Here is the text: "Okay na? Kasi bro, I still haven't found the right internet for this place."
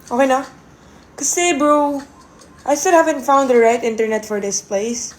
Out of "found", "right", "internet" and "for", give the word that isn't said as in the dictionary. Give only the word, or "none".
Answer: none